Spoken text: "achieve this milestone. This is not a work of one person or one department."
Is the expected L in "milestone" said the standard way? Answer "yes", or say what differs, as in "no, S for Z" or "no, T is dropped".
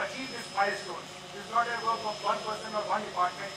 no, L is dropped